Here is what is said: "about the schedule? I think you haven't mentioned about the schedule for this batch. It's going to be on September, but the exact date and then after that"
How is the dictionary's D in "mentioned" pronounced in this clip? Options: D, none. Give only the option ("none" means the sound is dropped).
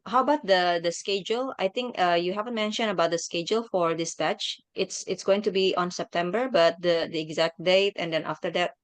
none